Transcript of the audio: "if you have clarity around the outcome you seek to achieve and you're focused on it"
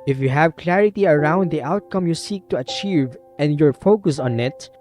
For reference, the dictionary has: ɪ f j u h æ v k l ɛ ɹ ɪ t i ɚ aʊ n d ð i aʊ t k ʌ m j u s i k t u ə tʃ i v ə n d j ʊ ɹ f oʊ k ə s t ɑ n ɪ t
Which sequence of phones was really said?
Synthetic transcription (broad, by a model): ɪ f j u h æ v k l ɛ ɹ ɪ t i ɚ aʊ n d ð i aʊ t k ʌ m j u s i k t u ə tʃ i v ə n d j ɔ ɹ f oʊ k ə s ɑ n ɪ t